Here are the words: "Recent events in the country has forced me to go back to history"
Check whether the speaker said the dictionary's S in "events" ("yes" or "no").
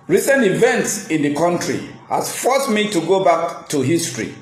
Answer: yes